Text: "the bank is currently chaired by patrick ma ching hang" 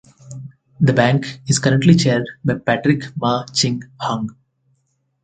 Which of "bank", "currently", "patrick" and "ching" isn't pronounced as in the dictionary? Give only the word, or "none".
none